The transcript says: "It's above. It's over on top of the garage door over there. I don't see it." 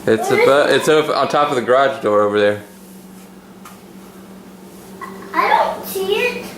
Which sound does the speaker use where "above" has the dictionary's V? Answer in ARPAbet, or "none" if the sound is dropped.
none